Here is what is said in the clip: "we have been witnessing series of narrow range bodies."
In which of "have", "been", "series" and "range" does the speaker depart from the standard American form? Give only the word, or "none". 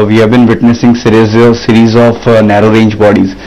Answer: none